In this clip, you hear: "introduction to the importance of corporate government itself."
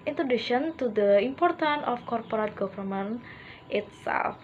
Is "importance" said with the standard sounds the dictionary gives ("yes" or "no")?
no